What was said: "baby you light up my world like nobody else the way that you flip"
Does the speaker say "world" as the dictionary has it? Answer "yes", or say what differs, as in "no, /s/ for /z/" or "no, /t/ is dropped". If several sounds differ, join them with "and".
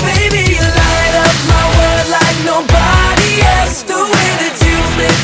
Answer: no, /l/ is dropped